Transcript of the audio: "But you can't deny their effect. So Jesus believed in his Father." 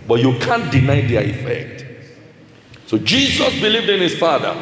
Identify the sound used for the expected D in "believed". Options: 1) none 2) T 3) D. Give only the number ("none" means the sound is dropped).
3